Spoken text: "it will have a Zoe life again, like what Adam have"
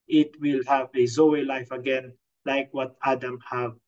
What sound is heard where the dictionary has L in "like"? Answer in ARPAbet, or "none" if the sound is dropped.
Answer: L